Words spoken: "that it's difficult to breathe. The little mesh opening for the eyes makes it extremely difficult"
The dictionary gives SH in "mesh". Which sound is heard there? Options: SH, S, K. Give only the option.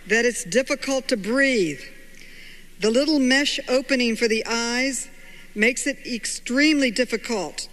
SH